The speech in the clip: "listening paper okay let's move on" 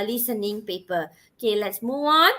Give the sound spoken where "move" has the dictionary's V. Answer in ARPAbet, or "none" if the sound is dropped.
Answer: none